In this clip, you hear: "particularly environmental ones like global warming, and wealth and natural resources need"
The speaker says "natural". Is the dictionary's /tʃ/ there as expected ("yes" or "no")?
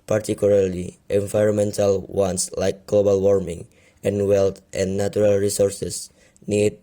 no